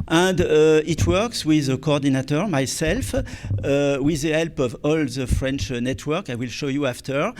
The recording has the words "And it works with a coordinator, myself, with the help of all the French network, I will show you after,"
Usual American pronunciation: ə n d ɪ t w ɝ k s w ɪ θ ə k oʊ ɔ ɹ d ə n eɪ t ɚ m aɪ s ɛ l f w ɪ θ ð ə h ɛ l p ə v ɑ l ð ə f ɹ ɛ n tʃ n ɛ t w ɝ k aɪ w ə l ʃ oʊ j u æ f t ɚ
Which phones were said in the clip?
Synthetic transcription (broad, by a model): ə n d ɪ t w ɝ k s w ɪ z ə k oʊ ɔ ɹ d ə n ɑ t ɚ m aɪ s ɛ l f w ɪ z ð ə h ɛ l p ə v ɑ l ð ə f ɹ ɛ n tʃ n ɛ t w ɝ k aɪ w ə l ʃ oʊ j u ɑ f t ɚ